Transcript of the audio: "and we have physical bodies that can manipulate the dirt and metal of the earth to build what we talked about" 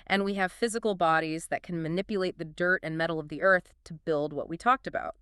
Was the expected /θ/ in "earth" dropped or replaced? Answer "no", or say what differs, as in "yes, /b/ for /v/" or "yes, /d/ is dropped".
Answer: no